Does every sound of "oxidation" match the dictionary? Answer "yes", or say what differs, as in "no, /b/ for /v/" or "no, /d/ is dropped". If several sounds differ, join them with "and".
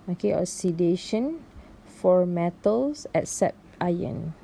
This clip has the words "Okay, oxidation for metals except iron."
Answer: no, /k/ is dropped